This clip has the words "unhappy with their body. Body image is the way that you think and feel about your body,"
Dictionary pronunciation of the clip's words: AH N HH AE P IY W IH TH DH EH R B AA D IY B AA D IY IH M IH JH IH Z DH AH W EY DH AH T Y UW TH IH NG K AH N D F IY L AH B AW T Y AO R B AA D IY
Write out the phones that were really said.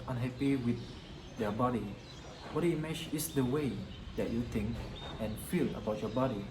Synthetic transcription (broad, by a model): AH N HH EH P IY W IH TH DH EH B AA D IY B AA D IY M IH CH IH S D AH W EY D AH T Y UW T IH NG K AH N F IY L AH B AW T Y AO B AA D IY